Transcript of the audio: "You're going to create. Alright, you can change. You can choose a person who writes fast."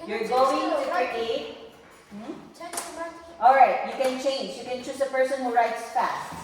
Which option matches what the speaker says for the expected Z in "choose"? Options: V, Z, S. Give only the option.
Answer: S